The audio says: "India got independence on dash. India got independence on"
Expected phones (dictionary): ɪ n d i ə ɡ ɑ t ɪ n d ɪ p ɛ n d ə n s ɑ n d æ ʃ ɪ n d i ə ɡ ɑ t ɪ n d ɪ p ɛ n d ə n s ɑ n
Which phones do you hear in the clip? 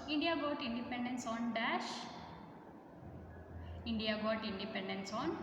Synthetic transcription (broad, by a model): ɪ n d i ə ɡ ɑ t ɪ n d ɪ p ɛ n d ə n s ɑ n d æ ʃ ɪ n d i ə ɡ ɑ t ɪ n d ɪ p ɛ n d ə n s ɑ n